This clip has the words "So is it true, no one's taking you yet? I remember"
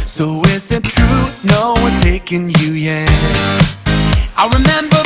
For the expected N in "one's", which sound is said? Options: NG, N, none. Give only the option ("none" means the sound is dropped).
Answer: none